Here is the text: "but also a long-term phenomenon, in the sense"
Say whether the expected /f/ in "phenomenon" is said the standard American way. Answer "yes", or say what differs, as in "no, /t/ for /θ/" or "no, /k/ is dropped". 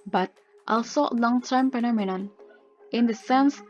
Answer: no, /p/ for /f/